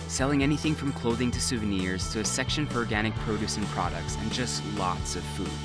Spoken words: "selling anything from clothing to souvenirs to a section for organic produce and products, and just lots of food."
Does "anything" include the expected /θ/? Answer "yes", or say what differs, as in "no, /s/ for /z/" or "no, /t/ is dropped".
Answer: yes